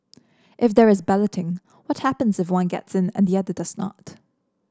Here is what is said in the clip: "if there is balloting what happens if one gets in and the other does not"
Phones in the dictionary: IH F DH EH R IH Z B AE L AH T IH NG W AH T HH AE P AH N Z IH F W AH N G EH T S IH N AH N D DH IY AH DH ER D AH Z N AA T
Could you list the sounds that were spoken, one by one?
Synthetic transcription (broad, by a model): IH F DH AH R IH Z B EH L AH T IH NG W AH T HH AE P AH N Z IH F W AH N G EH T S IH N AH N DH IY AH DH ER D AH Z N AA T